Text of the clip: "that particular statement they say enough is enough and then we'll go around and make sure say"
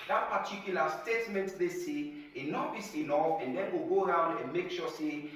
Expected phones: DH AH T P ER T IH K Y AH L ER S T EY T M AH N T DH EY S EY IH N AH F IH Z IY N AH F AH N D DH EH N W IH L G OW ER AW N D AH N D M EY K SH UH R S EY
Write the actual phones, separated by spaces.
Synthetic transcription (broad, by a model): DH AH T P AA T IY K Y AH L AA S T EY T M AH N T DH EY S EY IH N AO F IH S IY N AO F AH N D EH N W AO G OW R AW N D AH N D M EY K SH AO S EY